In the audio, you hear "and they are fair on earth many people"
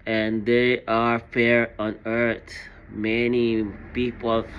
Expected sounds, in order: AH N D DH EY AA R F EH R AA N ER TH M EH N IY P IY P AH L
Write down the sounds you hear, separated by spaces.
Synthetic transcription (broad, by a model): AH N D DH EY AA R F EH R AA N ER T M EH N IY P IY P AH L